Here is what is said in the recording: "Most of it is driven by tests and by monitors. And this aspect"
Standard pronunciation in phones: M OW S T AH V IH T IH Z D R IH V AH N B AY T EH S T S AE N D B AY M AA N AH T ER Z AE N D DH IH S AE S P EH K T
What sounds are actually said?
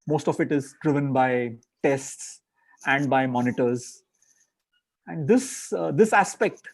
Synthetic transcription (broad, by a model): M OW S T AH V IH T IH Z D R IH V AH N B AY T EH S T S AE N D B AY M AA N AH T ER Z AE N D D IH S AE S P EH K T